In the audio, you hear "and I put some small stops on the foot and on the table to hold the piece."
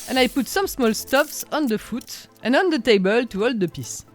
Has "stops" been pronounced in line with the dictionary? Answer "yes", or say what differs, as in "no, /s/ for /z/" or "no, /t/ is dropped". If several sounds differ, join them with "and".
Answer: no, /f/ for /p/